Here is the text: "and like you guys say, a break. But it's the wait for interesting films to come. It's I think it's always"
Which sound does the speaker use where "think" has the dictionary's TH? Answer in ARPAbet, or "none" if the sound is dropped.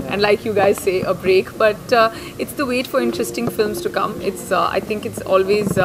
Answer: T